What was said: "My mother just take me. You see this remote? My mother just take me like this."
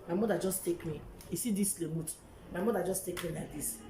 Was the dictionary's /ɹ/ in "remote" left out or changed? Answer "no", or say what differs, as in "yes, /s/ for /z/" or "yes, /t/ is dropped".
yes, /l/ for /ɹ/